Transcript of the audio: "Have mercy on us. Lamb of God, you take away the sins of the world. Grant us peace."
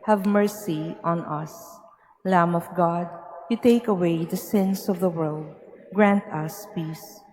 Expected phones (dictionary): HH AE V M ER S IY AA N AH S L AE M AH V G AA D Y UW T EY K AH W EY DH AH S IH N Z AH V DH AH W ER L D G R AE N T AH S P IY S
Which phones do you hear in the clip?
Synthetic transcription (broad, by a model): HH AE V M ER S IY AA N AH S L AE M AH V G AA D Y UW T EY K AH W EY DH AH S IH N S AH V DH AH W ER L D G R AE N T AH S P IY S